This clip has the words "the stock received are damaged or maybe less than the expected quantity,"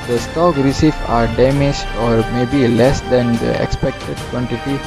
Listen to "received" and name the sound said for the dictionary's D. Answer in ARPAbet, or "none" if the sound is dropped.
none